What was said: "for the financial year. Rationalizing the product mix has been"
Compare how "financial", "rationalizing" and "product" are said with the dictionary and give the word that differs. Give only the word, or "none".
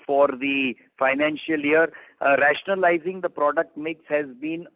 none